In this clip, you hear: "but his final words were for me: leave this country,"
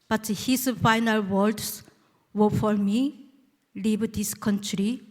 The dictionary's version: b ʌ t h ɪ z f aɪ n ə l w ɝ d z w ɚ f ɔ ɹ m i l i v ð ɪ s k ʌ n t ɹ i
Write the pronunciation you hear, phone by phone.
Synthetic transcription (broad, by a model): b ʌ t h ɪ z f aɪ n ə l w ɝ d s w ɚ f ɔ ɹ m i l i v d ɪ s k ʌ n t ɹ i